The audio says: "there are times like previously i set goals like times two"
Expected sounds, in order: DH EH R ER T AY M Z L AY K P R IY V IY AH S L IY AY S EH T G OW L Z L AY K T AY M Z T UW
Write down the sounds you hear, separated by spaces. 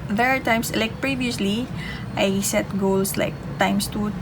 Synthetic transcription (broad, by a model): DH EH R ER T AY M S L AY K P R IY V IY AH S L IY AY S EH T G OW L S L AY K T AY M S T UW